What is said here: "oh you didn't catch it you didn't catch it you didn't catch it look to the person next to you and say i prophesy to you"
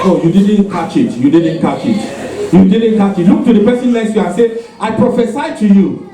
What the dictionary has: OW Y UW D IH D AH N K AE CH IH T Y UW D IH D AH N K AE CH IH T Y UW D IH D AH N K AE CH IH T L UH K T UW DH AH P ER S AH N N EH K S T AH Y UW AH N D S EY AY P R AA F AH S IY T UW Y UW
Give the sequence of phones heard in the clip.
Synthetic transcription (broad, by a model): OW Y UW D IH D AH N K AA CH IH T Y UW D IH D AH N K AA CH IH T Y UW D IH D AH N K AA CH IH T L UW K T UW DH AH P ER S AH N L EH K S Y UW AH N S EY AY P R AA F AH S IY T UW Y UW